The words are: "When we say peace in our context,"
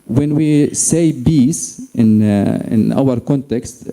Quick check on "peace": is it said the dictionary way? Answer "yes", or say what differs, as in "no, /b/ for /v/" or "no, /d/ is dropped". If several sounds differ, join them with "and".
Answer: no, /b/ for /p/